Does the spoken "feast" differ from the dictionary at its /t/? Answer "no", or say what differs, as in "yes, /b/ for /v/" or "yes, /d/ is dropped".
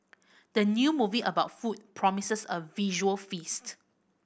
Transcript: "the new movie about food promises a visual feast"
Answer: no